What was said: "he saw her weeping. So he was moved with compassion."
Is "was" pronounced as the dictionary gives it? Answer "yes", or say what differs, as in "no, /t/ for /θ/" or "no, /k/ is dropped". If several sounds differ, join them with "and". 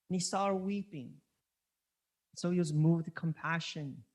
yes